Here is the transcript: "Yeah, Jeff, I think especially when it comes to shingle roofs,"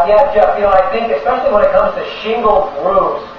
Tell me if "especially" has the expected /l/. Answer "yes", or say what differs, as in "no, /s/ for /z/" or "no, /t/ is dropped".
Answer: yes